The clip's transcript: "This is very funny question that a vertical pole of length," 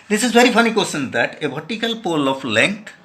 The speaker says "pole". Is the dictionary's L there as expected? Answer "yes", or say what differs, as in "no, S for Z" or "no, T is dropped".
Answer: yes